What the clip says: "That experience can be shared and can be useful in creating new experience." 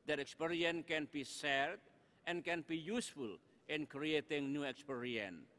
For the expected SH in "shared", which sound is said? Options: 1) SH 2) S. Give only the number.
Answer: 2